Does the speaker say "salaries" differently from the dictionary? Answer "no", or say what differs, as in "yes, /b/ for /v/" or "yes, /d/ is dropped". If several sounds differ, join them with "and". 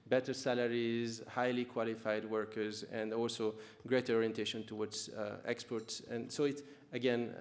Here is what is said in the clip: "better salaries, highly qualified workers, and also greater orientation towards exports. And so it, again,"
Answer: no